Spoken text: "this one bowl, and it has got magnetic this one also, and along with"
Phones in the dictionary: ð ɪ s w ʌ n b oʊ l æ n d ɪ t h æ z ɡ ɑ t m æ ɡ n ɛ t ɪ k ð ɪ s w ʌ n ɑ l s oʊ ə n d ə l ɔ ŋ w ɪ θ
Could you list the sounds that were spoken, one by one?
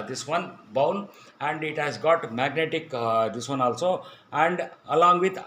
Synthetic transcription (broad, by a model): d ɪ s w ʌ n b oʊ n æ n d ɪ t h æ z ɡ ɑ t m æ ɡ n ɛ t ɪ k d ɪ s w ʌ n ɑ l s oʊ ə n d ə l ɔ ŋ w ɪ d